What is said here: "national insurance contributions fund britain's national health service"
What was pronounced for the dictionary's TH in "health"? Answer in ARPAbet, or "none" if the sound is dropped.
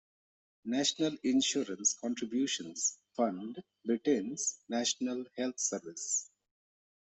T